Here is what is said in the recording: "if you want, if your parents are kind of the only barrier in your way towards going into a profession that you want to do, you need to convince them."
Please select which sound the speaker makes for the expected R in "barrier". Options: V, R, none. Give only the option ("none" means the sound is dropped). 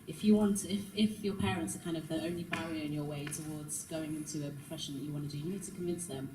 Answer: none